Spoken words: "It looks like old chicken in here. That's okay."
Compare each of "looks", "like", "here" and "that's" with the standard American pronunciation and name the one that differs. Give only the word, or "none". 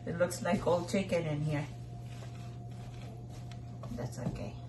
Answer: none